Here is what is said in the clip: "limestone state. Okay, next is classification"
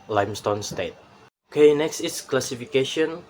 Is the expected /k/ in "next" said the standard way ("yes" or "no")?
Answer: yes